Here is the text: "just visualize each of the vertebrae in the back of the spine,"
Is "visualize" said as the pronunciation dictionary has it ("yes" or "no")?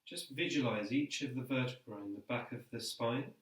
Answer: yes